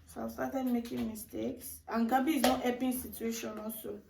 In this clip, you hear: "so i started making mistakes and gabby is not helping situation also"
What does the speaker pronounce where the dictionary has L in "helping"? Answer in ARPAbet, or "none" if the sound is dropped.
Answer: none